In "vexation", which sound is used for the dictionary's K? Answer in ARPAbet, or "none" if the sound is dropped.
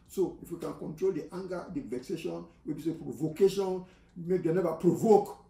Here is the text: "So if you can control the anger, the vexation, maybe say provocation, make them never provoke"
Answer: K